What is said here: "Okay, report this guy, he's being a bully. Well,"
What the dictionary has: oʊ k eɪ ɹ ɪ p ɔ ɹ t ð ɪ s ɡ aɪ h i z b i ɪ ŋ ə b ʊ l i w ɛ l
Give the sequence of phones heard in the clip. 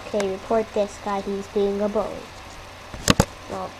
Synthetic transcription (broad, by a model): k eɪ ɹ ɪ p ɔ ɹ t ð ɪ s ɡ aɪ h i z b i ɪ ŋ ə b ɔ i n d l